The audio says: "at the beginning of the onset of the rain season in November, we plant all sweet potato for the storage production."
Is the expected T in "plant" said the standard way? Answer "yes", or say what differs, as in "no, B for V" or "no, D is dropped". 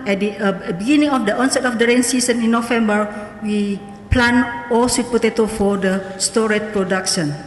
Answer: no, T is dropped